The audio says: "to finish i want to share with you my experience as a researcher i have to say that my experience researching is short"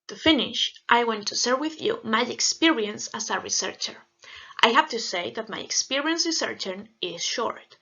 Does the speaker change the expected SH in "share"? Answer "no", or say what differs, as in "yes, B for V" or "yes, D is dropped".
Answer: yes, S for SH